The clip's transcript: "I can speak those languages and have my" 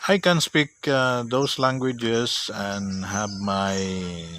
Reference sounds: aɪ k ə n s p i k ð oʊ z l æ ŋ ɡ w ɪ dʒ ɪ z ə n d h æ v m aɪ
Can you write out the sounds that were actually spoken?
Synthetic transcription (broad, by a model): aɪ k ə n s p i k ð oʊ s l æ ŋ ɡ w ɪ dʒ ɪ s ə n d h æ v m aɪ